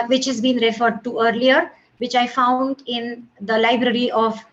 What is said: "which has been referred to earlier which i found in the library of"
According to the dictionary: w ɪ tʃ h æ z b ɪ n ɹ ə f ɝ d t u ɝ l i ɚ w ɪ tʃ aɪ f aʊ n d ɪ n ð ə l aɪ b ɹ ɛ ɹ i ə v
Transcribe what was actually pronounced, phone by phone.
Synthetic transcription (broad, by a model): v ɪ tʃ h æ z b ɪ n ɹ ə f ɝ d t u ɝ l i ɚ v ɪ tʃ aɪ f aʊ n d ɪ n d ə l aɪ b ɹ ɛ ɹ i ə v